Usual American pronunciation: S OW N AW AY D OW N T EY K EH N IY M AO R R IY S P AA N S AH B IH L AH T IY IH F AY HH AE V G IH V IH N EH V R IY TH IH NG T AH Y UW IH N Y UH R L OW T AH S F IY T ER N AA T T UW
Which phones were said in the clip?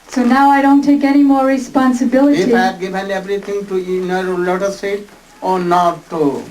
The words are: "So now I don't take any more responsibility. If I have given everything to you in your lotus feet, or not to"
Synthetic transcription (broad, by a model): S OW N AW AY D OW N T EY K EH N IY M AO R R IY S P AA N S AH B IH L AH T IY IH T G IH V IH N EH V R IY T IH NG T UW IH N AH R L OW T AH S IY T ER N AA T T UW